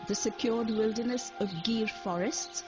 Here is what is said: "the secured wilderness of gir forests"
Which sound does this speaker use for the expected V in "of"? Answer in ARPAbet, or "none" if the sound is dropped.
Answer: V